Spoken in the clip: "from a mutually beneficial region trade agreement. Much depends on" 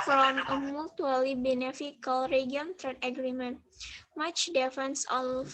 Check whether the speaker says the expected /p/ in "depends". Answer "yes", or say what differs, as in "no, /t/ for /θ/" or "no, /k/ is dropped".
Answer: no, /f/ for /p/